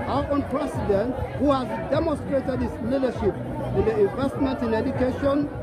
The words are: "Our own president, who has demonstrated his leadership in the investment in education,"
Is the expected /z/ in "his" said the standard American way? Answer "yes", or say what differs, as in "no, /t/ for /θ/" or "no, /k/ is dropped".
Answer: no, /s/ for /z/